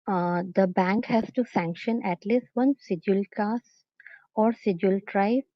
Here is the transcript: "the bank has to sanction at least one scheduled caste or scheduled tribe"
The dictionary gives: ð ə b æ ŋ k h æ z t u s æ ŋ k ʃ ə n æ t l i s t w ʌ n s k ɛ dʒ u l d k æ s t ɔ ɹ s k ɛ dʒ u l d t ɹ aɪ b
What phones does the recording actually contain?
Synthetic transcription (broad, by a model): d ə b æ ŋ k h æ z t u s æ ŋ k ʃ ə n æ t l i s t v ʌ n s ɪ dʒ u l k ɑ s ɔ ɹ s ɪ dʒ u l t ɹ aɪ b